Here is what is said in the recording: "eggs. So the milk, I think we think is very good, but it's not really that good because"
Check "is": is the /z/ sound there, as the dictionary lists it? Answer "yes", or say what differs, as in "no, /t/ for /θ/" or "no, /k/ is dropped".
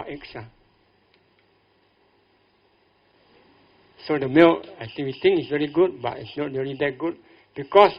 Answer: no, /s/ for /z/